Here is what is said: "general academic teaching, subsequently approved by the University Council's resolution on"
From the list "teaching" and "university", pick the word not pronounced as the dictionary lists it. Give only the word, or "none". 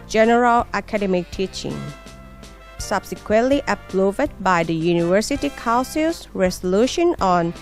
none